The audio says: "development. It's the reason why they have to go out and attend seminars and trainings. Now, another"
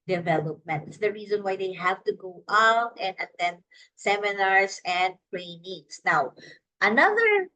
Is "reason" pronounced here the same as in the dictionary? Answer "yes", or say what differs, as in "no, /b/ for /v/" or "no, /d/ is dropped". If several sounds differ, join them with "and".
yes